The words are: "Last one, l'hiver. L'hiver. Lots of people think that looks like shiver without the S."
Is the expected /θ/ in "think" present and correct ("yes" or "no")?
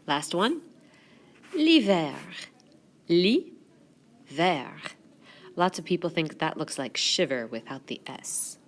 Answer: yes